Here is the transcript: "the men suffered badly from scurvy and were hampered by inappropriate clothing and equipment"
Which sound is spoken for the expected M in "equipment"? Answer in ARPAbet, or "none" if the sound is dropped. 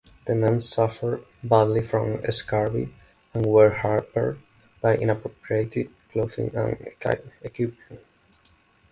none